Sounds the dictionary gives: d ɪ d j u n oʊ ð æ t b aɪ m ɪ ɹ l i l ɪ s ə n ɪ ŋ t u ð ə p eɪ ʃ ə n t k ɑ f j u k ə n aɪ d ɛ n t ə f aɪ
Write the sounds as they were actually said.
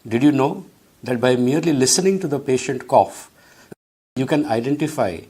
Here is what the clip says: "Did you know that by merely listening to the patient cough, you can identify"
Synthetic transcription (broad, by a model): d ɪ d j u n oʊ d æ t b aɪ m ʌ ɹ l i l ɪ s ə n ɪ ŋ t u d ə p eɪ ʃ ə n t k ɑ f j u k ə n aɪ d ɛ n t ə f aɪ